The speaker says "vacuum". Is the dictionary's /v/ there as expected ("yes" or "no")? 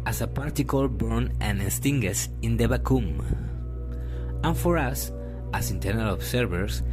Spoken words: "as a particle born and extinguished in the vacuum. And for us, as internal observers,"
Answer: no